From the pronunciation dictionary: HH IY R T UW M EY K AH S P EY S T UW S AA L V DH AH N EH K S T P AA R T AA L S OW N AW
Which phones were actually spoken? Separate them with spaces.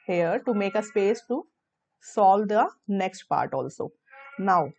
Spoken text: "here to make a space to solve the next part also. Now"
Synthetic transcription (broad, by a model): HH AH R T UW M EY K AH S P EY S T UW S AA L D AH N EH K S T P AA R T AA L S OW N AW